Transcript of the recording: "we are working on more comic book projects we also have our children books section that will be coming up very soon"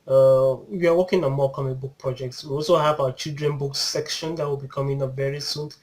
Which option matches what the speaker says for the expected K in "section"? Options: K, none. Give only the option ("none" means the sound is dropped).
K